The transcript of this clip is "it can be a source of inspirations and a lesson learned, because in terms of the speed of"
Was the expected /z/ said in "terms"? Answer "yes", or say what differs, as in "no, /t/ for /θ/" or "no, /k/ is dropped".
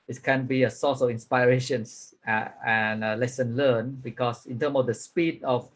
no, /z/ is dropped